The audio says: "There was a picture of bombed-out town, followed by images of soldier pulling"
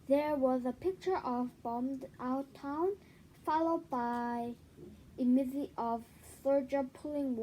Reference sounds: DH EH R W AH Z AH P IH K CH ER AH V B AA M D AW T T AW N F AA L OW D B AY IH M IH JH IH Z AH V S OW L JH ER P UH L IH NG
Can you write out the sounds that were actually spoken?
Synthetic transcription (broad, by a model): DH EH R W AH Z AH P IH K CH ER AH V B AA M D AW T T AW N F AA L OW D B AY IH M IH Z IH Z AH V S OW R JH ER P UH L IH NG